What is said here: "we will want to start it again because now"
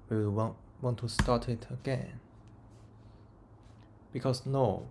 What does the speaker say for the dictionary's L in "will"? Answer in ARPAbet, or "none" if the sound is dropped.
W